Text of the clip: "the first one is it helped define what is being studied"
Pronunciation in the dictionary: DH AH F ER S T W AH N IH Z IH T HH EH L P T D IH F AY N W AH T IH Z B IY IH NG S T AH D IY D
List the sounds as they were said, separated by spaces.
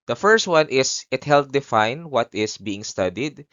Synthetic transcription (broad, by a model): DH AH F ER S T W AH N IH S IH T HH EH L T D IH F AY N W AH T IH S B IY IH NG S T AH D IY D